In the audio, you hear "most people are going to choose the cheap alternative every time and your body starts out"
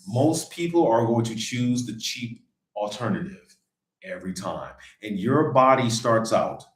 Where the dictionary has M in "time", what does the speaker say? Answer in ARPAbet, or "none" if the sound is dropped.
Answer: M